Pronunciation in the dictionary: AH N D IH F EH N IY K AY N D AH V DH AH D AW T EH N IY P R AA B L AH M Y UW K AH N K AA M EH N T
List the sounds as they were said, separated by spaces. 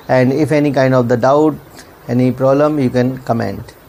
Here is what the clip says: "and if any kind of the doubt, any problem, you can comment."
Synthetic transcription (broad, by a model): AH N D IH F EH N IY K AY N D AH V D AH D AW T EH N IY P R AA B L AH M Y UW K AH N K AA M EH N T